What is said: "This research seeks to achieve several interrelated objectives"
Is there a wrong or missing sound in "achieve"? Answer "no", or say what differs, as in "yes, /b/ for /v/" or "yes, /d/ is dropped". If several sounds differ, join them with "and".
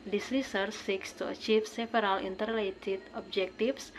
yes, /f/ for /v/